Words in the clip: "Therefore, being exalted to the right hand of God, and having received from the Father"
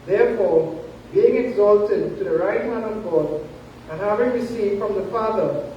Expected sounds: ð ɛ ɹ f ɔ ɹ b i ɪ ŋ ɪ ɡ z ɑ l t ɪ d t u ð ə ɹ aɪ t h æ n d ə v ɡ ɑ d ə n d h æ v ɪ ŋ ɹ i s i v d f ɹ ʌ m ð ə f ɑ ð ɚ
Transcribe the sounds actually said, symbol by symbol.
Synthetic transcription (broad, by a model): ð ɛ ɹ f ɔ ɹ b i ɪ ŋ ɪ ɡ z ɑ l t ɪ d t u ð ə ɹ aɪ t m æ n ə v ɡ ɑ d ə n h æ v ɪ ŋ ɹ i s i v f ɹ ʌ m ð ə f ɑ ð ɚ